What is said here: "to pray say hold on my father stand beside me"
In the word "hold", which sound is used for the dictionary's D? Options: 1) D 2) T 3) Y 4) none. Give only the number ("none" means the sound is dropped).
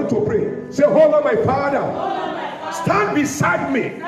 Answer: 4